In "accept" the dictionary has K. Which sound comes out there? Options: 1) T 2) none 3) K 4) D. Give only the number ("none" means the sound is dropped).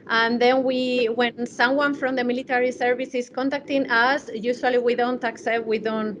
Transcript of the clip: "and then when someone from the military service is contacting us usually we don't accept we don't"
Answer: 3